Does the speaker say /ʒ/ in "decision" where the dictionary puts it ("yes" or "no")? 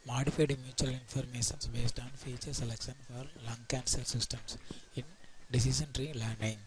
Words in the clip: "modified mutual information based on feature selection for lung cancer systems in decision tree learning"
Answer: no